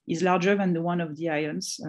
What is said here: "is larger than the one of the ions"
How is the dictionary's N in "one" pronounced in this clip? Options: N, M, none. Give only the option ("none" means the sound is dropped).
N